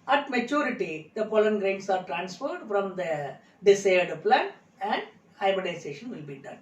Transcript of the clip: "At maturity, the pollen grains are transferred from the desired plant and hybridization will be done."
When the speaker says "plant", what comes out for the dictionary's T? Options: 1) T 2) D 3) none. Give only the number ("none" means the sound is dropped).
3